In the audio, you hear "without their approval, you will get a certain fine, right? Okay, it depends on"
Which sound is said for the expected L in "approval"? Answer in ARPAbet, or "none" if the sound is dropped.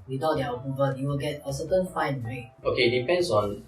N